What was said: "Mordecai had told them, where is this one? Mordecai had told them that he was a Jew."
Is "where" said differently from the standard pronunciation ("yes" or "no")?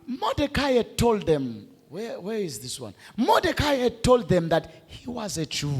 yes